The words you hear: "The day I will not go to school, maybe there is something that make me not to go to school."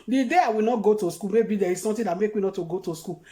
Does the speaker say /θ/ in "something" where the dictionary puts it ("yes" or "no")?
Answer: no